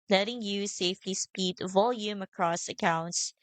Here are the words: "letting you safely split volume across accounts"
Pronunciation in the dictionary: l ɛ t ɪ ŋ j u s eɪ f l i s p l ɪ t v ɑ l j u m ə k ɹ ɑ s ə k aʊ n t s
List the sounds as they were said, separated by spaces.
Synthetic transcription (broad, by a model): l ɛ t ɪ ŋ j u s eɪ f l i s p i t v ɑ l j u m ə k ɹ ɑ s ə k aʊ n t s